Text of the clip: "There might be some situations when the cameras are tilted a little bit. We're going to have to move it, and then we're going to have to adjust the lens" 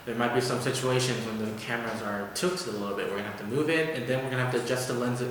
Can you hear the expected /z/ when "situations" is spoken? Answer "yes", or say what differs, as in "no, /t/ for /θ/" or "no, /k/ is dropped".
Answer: yes